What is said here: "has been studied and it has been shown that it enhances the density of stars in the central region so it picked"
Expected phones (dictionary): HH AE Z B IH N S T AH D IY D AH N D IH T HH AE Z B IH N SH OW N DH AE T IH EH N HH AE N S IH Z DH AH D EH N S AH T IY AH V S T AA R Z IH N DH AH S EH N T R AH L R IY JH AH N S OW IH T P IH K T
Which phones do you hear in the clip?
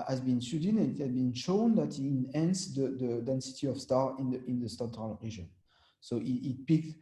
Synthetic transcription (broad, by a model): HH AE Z B IH N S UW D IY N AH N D IH T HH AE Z B IH N SH OW N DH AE T IH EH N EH N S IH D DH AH D EH N S AH T IY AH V S T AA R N IH N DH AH S EH N T R AH L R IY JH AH N S OW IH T P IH K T